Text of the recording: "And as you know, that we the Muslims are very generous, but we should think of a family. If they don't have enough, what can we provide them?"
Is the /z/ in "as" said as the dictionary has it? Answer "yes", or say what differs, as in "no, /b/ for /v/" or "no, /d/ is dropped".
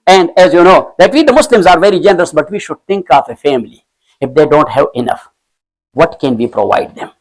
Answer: yes